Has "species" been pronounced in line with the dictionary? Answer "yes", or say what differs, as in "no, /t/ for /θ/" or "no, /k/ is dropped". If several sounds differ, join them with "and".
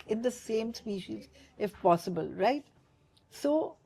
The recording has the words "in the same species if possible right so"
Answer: yes